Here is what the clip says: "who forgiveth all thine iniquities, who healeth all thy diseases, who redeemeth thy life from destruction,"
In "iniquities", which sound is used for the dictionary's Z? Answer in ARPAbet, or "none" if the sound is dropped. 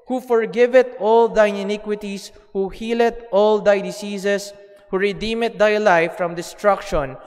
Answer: S